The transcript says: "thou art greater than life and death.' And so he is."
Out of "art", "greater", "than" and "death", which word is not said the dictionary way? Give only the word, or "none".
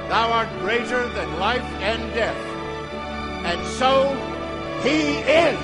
none